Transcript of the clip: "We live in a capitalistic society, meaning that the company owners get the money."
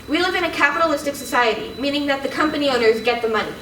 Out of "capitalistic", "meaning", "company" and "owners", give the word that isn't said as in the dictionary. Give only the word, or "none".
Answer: none